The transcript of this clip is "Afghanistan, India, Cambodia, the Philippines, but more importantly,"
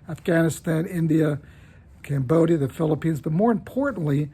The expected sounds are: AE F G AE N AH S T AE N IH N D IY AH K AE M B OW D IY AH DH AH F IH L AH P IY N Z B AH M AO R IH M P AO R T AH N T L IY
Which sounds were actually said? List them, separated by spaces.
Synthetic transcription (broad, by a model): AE F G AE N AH S T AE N IH N D IY AH K AE M B OW D IY AH DH AH F IH L AH P IY N Z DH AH M AO R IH M P AO R T N L IY